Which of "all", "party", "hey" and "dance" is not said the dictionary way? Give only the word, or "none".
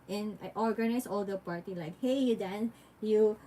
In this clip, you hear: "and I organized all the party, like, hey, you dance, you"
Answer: dance